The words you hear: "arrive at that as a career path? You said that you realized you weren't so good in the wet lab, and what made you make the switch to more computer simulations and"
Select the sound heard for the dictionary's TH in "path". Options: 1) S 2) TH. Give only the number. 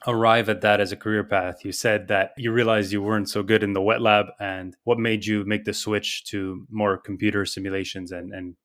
2